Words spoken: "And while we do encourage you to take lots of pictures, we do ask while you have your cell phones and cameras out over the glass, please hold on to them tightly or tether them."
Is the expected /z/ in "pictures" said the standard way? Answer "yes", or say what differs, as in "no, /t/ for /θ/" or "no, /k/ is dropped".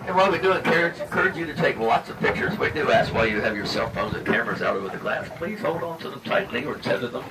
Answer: yes